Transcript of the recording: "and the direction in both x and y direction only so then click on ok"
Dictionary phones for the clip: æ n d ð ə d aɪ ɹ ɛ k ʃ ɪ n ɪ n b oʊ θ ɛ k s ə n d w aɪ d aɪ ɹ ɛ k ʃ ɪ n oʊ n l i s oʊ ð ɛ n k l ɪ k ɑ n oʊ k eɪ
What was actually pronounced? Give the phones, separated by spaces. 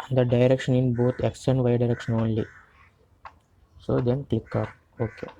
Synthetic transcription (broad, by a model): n d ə d aɪ ɹ ɛ k ʃ ɪ n ɪ n b oʊ t ɛ k s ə n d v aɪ d aɪ ɹ ɛ k ʃ ɪ n oʊ n l i s oʊ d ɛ n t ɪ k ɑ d oʊ k eɪ